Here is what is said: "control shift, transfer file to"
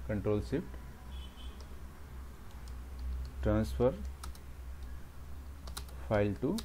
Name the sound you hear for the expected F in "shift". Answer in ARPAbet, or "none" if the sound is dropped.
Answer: P